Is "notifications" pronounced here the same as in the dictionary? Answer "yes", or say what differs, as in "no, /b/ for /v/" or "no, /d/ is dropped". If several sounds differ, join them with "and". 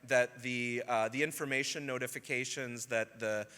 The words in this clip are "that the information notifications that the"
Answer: yes